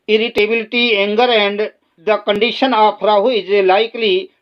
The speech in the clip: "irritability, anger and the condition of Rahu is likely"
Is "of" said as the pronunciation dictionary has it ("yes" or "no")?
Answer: no